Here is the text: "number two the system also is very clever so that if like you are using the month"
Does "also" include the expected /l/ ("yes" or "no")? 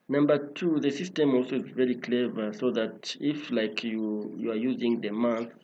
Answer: yes